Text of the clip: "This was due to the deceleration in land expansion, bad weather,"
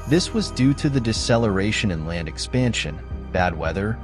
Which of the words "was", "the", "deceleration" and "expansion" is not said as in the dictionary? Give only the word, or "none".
none